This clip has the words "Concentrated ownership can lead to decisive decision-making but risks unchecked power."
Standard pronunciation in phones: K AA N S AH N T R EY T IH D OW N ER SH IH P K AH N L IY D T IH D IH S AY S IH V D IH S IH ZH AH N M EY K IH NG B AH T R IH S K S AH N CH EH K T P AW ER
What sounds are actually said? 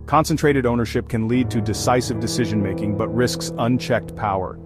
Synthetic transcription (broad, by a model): K AA N S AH N T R EY T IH D OW N ER SH IH P K AH N L IY D T IH D IH S AY S IH V D IH S IH ZH AH N M EY K IH NG B AH T R IH S K S AH N CH EH K T P AW ER